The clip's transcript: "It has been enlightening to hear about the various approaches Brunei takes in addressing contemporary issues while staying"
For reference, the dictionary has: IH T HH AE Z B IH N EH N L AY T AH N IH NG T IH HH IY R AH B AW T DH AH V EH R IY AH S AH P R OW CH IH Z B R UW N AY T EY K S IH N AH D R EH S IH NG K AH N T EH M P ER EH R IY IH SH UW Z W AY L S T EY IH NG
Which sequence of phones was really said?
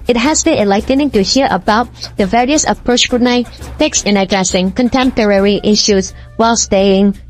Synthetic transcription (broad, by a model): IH T HH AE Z B IH N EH L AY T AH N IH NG T IH HH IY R AH B AW T DH AH V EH R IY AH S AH P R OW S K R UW N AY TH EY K S IH N AH D R EH S IH NG K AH N T EH M P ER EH R IY IH SH UW Z W AY L S T EY IH NG